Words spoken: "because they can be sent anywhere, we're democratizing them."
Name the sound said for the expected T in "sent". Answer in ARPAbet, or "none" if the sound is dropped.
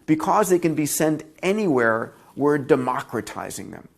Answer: T